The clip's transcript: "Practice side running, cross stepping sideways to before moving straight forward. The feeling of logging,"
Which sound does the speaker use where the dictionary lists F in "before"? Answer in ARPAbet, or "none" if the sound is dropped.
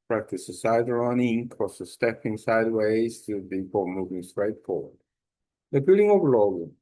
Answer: P